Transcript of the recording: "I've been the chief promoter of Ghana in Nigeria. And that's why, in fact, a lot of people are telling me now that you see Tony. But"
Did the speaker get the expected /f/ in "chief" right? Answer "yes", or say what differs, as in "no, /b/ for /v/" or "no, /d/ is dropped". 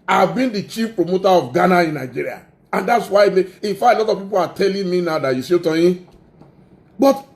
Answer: yes